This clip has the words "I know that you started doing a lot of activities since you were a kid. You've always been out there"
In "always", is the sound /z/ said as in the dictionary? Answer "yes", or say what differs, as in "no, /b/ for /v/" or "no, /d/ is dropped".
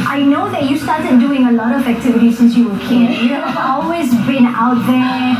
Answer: yes